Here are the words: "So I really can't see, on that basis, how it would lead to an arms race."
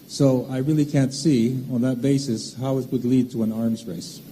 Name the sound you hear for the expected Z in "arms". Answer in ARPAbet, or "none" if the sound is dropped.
Z